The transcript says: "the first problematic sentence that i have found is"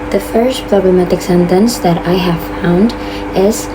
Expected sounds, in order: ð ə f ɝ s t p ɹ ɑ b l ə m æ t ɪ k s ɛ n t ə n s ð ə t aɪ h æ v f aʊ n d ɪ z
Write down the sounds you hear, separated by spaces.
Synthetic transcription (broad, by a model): ð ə f ɝ s t p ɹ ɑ b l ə m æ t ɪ k s ɛ n t ə n s ð ə t aɪ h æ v f aʊ n d ɪ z